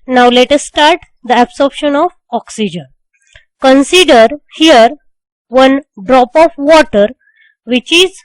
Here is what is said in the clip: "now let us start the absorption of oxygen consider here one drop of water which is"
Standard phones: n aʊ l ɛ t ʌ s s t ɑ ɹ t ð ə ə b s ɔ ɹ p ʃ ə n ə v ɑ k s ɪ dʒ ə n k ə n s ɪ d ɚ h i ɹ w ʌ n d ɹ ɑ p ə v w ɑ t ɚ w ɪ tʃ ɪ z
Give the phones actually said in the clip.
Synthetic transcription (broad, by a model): n aʊ l ɛ t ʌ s s t ɑ ɹ t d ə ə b s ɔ ɹ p ʃ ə n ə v ɑ k s ɪ dʒ ə n k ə n s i d ɚ h i ɹ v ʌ n d ɹ ɑ p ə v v ɑ t ɚ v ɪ tʃ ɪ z